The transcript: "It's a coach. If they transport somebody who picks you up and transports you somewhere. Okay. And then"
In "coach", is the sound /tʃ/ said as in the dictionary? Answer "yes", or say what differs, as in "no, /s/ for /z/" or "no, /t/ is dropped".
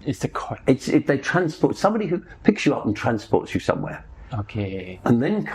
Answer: no, /s/ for /tʃ/